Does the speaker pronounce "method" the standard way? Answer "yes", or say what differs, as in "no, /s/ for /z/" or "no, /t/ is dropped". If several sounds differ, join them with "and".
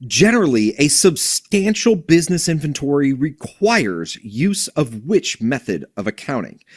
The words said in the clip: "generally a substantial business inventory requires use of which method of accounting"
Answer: yes